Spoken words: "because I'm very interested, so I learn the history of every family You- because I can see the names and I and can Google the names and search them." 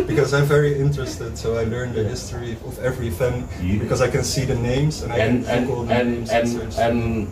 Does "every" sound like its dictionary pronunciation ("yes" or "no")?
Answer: yes